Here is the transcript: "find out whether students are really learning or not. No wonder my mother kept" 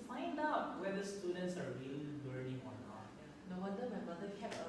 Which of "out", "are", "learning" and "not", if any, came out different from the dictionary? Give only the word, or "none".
learning